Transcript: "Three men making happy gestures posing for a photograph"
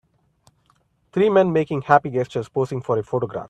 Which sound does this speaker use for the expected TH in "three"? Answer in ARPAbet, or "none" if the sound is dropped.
T